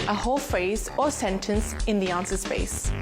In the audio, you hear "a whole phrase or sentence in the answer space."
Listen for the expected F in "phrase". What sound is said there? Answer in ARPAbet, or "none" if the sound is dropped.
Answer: F